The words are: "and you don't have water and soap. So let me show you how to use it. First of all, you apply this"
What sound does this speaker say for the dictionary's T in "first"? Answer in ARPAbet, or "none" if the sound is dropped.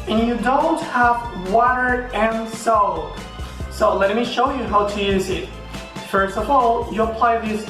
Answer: T